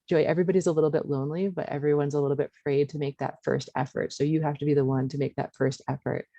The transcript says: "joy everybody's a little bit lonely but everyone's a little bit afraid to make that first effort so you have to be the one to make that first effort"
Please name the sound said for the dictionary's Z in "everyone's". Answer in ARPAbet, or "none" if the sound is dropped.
Z